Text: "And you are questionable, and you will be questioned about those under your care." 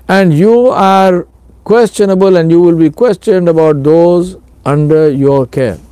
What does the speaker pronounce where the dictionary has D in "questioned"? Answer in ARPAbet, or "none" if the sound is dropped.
D